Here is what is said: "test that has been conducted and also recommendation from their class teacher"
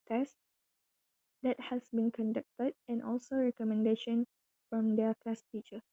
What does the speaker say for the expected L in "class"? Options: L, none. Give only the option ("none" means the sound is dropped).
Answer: none